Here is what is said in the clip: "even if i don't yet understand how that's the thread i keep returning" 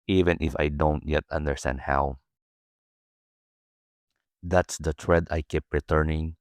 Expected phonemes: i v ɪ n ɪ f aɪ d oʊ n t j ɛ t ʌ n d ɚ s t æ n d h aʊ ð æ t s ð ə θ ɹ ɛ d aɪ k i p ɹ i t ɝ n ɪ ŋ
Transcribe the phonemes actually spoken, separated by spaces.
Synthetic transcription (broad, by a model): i v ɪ n ɪ f aɪ d oʊ n t j ɛ t ʌ n d ɚ s t æ n d h aʊ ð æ t s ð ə t ɹ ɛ d aɪ k i p ɹ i t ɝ n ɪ ŋ